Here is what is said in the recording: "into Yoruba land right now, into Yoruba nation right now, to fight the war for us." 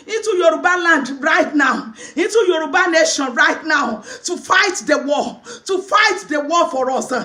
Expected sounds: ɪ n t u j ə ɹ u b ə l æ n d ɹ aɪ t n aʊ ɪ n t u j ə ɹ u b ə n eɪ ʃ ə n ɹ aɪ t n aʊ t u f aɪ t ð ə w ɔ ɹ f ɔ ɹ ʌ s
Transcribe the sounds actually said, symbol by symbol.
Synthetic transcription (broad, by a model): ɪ n t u j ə ɹ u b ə l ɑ n d ɹ aɪ t n aʊ ɪ n t u j ə ɹ u b ə n eɪ ʃ ə n ɹ aɪ t n aʊ t u f aɪ t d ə w ɔ w f ɔ ɹ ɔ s